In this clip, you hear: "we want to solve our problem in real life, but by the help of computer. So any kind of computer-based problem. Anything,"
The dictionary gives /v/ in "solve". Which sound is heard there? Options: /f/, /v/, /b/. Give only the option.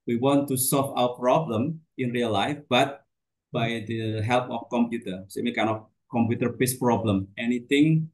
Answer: /f/